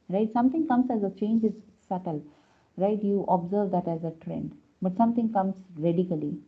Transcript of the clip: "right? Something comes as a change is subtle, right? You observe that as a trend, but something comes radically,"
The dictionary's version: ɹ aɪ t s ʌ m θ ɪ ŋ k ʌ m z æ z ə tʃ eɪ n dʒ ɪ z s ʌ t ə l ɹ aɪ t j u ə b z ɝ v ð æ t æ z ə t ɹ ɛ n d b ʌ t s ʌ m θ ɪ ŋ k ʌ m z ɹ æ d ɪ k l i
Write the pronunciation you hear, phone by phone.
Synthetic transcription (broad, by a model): ɹ aɪ t s ʌ m t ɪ ŋ k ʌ m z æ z ə tʃ eɪ n dʒ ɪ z s ʌ t ə l ɹ aɪ t j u ə b z ɝ v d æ t æ z ə t ɹ ɛ n d b ʌ t s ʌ m t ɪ ŋ k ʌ m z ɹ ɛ d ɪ k l i